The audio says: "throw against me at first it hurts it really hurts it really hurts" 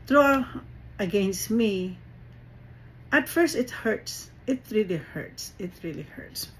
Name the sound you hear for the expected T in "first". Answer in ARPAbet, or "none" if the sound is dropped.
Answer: T